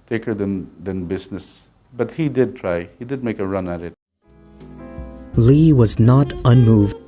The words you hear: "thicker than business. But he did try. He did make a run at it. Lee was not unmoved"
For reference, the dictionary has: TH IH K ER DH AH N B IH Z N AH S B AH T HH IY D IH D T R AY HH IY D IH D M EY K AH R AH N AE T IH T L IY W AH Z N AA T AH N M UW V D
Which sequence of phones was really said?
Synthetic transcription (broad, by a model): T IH K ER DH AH N B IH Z N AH S B AH T HH IY D IH D T R AY HH IY D IH D M EY K AH R AH N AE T IH T L IY W AH Z N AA T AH N M UW V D